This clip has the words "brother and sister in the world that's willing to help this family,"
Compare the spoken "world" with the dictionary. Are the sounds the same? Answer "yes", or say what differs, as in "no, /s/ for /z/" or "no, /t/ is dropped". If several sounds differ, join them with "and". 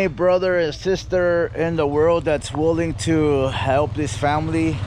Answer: yes